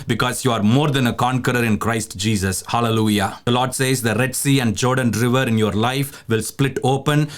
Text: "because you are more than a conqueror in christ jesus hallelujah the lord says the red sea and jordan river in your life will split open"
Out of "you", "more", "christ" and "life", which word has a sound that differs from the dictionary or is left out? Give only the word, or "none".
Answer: none